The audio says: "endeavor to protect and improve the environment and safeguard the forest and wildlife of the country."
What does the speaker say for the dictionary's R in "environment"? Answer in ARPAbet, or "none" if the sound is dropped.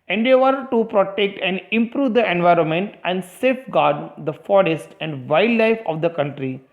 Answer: R